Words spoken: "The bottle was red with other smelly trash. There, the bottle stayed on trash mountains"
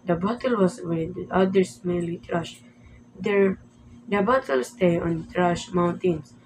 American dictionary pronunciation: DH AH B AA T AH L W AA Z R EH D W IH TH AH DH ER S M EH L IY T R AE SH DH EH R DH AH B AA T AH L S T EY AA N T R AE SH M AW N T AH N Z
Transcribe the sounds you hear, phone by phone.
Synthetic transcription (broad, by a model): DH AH B AA T AH L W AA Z W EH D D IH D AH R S M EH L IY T R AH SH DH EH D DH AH B AA T AH L S T EY AA N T R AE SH M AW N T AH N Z